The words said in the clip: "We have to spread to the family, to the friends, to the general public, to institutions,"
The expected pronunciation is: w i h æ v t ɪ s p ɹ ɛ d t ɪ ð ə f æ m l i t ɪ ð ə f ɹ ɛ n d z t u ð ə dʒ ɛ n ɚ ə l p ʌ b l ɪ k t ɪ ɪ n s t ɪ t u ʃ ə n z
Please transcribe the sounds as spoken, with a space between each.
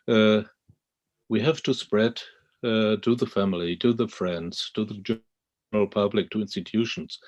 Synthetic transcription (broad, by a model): w i h æ v t ɪ s p ɹ ɛ d t ɪ ð ə f æ m l i t ɪ ð ə f ɹ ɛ n d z t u ð ə dʒ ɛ ɚ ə l p ʌ b l ɪ k t ɪ ɪ n s t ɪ t u ʃ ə n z